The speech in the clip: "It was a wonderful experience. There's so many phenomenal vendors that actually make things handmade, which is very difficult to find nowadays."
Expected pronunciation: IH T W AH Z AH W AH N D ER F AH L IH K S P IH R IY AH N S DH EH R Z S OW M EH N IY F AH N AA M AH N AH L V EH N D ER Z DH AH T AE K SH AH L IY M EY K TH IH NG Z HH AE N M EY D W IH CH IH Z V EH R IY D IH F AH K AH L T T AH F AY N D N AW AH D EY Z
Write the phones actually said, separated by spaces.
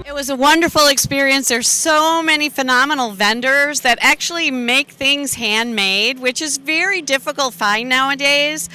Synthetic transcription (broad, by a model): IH T W AH Z AH W AH N D ER F L IH K S P IH R IY AH N S DH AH R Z S OW M EH N IY F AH N AA M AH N L V EH N D ER Z DH AH T AE K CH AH L IY M EY K TH IH NG Z HH AE N M EY D W IH CH IH Z V EH R IY D IH F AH K L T T F AY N N AW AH D EY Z